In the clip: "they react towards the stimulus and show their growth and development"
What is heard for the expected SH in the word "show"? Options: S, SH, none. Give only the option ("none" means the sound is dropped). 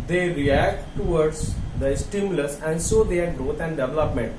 S